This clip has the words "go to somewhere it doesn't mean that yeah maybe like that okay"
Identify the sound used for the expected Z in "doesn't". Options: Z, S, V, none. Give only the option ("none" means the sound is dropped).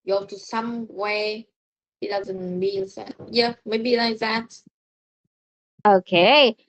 Z